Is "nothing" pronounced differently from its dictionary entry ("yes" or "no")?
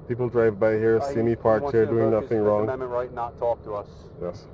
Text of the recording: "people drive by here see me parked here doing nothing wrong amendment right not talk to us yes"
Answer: no